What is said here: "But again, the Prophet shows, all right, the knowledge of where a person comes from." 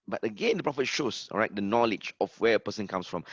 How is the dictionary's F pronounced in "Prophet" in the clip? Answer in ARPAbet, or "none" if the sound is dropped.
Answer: F